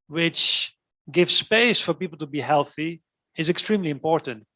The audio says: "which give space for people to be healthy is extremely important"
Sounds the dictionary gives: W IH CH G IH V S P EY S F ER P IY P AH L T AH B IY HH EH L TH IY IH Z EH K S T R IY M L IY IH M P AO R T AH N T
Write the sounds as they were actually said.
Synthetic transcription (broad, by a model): W IH CH G IH V S P EY S F ER P IY P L T AH B IY HH EH L TH IY IH Z EH K S T R IY M L IY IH M P AO R T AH N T